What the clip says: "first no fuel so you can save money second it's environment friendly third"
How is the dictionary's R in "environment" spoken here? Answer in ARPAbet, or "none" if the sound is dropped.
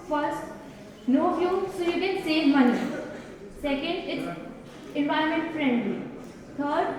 none